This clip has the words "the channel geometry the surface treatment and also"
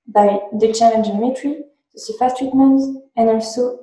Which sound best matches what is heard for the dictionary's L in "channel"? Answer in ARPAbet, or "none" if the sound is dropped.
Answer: N